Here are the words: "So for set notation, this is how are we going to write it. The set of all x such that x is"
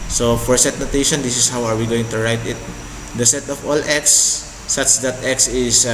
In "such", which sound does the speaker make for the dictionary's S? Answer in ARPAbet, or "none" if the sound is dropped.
S